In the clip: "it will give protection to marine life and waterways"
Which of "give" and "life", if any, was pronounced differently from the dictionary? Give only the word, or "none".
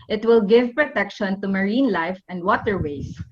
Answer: none